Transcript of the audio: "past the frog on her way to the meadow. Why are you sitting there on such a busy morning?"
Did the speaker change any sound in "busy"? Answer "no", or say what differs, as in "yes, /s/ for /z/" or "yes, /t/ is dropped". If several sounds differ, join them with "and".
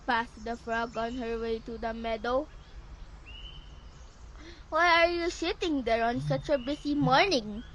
yes, /s/ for /z/